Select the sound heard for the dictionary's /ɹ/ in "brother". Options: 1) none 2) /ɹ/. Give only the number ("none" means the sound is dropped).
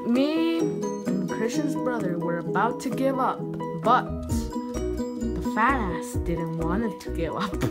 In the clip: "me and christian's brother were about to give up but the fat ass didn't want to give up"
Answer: 2